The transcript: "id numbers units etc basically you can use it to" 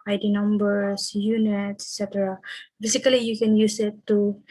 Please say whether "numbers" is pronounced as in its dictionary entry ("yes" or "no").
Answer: no